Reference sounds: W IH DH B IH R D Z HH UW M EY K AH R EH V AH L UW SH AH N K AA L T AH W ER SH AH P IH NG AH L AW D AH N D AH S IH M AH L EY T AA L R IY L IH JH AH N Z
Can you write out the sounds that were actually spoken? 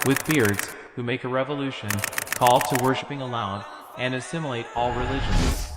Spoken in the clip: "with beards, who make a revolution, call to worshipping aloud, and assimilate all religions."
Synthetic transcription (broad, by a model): W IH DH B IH R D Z HH UW M EY K AH R EH V AH L UW SH AH N K AA L T AH W ER SH AH P IH NG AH L AW AH N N AH S IH M AH L EY T AA L R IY L IH JH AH N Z